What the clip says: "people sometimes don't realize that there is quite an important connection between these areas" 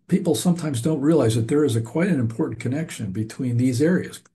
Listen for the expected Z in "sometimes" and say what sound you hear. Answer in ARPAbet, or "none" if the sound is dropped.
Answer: Z